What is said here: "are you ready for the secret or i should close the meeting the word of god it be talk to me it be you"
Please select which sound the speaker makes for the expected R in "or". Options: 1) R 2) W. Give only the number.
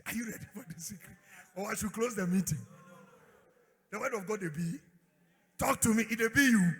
2